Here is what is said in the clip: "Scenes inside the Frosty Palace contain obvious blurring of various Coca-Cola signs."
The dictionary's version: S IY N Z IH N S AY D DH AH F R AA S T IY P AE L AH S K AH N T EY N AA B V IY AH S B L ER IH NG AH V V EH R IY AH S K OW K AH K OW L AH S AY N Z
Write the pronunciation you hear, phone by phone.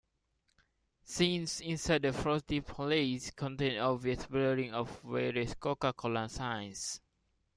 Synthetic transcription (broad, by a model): S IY N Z IH N S AY D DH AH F R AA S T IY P L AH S K AH N T EY N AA V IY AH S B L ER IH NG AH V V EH R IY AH S K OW K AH K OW L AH S AY N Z